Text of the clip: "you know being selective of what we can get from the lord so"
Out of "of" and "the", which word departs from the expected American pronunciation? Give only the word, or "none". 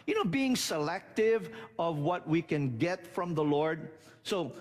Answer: none